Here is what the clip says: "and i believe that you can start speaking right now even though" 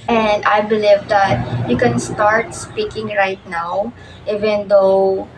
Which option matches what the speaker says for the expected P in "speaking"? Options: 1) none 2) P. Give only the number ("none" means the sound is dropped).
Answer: 2